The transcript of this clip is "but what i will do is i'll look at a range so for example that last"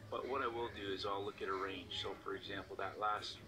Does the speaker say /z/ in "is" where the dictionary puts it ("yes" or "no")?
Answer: yes